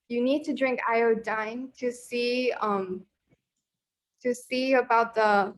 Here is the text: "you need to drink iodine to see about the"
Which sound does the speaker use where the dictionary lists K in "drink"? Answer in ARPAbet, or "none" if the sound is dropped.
K